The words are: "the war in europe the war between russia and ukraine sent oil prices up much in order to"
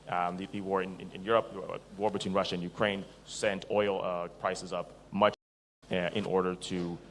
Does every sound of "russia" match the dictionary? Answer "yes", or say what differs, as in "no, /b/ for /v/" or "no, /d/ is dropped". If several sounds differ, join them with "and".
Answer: yes